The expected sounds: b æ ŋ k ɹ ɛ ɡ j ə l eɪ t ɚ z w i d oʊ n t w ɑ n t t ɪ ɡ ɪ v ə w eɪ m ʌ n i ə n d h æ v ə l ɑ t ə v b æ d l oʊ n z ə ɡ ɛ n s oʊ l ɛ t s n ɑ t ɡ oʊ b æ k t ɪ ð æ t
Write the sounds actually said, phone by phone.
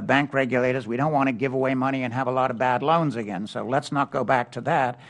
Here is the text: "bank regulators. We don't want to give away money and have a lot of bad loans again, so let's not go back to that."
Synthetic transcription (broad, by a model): b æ ŋ k ɹ ɛ ɡ j ə l eɪ t ɚ z w i d oʊ n t w ɑ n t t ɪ ɡ ɪ v ə w eɪ m ʌ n i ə n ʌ v ə l ɑ t ə v b æ d l oʊ n z ə ɡ ɛ n s oʊ l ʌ t s n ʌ t ɡ oʊ b æ k t ɪ ð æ t